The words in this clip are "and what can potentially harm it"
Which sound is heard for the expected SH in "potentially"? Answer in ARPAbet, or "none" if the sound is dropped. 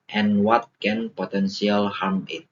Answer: S